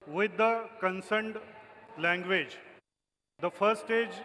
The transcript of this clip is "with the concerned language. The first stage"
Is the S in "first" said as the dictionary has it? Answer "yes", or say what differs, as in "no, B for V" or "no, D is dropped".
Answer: no, S is dropped